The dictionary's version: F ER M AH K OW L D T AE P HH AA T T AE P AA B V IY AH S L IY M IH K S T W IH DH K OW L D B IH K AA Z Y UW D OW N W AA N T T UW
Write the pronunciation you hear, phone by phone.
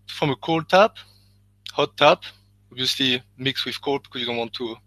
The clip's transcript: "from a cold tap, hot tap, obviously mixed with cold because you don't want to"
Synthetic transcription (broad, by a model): F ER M AH K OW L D T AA P HH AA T T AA P AA B V IY AH S L IY M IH K S W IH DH K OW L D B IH K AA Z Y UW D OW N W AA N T T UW